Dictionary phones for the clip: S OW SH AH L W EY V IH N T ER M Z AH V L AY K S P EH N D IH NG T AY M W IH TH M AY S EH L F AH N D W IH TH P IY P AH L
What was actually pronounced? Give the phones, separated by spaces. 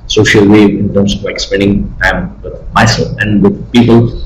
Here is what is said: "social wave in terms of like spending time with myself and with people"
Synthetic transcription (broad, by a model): S OW SH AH L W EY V IH N T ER M S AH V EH K S P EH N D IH NG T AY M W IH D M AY S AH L AH N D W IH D P IY P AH L